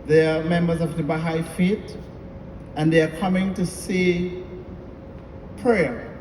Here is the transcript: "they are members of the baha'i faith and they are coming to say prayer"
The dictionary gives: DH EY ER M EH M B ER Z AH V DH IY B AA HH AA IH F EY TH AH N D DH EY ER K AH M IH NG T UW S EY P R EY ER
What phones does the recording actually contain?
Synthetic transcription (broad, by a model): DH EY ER M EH M B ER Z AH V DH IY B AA HH AA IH F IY T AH N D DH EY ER K AH M IH NG T UW S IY P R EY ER